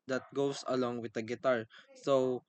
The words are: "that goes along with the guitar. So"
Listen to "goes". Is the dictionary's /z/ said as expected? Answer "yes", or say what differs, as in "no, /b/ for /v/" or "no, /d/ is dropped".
no, /s/ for /z/